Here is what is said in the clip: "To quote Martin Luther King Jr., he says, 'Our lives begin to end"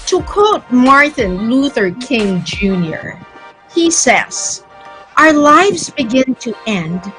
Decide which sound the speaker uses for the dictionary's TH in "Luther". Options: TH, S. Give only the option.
TH